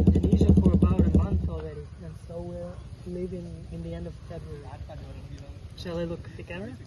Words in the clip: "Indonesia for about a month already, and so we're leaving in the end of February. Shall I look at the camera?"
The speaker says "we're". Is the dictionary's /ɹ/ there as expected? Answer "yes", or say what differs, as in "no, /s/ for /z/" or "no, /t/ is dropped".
yes